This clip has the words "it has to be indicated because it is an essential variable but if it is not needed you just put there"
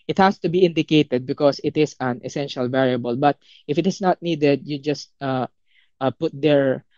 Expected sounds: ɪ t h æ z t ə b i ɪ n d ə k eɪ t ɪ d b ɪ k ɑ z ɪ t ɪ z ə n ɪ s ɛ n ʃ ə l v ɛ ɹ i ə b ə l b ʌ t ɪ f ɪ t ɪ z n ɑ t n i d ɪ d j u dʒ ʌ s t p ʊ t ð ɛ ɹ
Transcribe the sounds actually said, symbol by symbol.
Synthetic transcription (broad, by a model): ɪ t h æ s t ə b i ɪ n d ə k eɪ t ɪ d b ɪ k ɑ s ɪ t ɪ s ə n ɪ s ɛ n ʃ ə l v ɛ ɹ i ə b ə l b ʌ t ɪ f ɪ t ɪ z n ɑ t n i d ɪ d j u dʒ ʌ s t p ʊ t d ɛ ɹ